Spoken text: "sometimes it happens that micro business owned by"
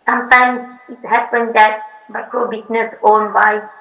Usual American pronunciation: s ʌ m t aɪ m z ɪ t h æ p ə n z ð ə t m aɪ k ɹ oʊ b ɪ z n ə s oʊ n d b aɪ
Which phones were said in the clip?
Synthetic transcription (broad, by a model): s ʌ m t aɪ m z ɪ t h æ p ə n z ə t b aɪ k oʊ b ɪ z n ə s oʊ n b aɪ